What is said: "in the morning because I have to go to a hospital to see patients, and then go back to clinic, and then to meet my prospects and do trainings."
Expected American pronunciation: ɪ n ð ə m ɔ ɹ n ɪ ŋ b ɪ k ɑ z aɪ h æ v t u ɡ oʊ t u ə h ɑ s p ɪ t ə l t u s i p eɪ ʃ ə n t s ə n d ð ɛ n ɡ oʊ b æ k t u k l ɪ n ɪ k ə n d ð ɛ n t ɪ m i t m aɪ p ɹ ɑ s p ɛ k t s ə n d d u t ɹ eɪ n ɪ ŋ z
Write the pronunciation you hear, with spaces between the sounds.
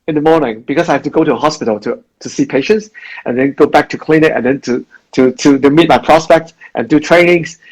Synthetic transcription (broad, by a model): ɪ n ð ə m ɔ ɹ n ɪ ŋ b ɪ k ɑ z aɪ h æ f t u ɡ oʊ t u ə h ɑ s p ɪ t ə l t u s i p eɪ ʃ ə n t s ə n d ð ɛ n ɡ oʊ b æ k t u k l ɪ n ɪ ə n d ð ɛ n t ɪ m i t m aɪ p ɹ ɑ s p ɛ k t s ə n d d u t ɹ eɪ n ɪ ŋ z